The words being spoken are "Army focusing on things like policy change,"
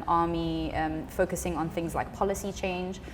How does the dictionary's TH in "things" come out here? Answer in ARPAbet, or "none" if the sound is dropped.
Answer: TH